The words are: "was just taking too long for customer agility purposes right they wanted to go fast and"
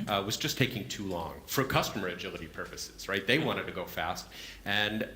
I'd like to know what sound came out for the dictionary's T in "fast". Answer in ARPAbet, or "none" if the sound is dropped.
T